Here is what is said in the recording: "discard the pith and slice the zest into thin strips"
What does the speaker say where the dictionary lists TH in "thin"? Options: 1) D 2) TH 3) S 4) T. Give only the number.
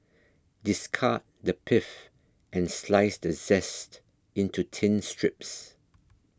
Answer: 4